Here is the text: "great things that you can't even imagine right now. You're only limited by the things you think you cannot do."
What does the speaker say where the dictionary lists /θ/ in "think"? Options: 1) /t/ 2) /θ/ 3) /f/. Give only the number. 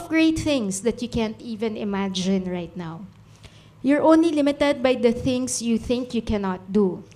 2